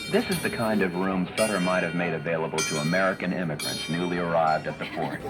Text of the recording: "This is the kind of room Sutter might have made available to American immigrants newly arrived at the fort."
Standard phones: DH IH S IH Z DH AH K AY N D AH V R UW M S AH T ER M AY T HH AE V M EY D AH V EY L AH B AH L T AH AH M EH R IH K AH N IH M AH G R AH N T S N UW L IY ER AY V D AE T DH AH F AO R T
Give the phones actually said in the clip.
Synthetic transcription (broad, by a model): DH IH S IH Z DH AH K AY N D AH V R UW M S AH T ER M AY T HH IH V M EY D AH V EY L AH B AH L T AH AH M EH R IH K AH N IH M AH G R AH N T S N UW L IY ER AY V D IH T DH AH F AO R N